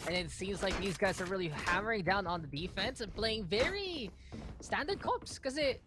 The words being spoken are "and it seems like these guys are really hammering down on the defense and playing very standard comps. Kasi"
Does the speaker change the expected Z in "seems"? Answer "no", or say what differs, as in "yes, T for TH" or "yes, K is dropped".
no